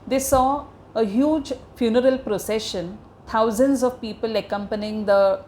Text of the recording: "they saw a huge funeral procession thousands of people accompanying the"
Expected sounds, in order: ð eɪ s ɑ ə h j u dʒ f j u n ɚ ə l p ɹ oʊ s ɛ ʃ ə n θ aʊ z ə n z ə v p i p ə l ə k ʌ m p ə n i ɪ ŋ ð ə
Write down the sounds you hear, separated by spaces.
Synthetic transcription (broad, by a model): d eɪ s ɑ ə h j u dʒ f j u n ɚ ə l p ɹ oʊ s ɛ ʃ ə n t aʊ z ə n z ə v p i p ə l ə k ʌ m p ə n i ɪ ŋ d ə